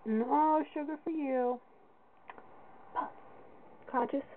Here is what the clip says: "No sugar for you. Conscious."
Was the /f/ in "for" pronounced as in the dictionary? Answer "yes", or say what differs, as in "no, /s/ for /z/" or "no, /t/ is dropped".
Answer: yes